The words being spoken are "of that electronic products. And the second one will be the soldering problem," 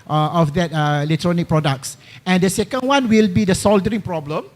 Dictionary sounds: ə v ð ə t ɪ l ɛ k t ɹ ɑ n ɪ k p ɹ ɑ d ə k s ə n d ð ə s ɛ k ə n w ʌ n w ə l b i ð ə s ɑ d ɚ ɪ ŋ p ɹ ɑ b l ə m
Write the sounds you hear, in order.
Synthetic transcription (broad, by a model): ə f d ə t ɪ l ɛ k t ɹ ɑ n ɪ k p ɹ ɑ d ə k s ə n d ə s ɛ k ə n w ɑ n w ə l b i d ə s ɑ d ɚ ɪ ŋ p ɹ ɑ b l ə m